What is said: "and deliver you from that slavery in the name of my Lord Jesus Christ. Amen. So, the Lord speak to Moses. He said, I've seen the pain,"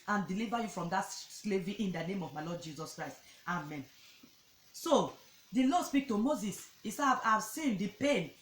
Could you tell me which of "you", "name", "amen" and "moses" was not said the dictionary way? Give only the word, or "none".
none